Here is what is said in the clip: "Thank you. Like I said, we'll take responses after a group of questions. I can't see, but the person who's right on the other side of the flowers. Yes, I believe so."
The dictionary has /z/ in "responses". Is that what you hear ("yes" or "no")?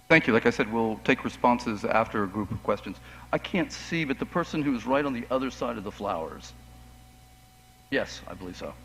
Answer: yes